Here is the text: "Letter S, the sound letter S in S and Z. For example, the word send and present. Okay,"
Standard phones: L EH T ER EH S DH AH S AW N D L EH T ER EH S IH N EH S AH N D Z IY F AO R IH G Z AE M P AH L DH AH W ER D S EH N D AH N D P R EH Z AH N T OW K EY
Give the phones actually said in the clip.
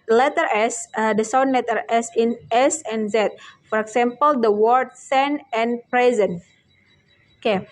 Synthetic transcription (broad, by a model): L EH T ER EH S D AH S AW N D L EH T ER EH S IH N EH S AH N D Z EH F AO R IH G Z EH M P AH L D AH W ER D S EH N AH N P R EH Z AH N OW K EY